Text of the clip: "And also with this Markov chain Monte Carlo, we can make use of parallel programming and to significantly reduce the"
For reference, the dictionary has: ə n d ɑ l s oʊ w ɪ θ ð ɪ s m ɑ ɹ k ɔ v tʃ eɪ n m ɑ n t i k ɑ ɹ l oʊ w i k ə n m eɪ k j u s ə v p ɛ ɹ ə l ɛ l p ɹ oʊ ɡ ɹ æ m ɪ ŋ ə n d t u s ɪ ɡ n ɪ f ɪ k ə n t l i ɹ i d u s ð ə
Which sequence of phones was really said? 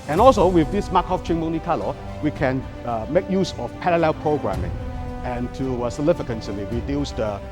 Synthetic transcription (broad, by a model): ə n ɑ l s oʊ w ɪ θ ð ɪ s m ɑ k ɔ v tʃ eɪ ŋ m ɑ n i k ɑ l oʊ w i k ə n m eɪ k j u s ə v p ɛ ɹ ə l ɛ l p ɹ oʊ ɡ ɹ æ m ɪ ŋ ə n t u s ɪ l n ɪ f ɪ k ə n s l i w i d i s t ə